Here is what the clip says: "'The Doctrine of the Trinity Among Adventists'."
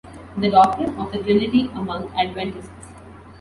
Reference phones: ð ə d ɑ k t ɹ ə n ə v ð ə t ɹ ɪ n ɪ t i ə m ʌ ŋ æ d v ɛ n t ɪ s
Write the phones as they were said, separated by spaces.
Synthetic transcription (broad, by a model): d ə d ɑ k t ɹ ə n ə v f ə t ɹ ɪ l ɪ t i ə m ʌ ŋ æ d v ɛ n t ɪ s